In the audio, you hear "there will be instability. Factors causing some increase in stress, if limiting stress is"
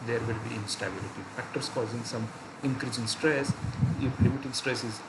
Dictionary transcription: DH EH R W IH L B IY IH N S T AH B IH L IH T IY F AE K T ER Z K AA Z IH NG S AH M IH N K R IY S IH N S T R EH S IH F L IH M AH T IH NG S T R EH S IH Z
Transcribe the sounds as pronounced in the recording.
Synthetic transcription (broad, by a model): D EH R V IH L B IY IH N S T AH B IH L IH T IY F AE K T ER S K AA Z IH NG S AH M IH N K R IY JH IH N S T R EH S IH P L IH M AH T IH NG S T R EH S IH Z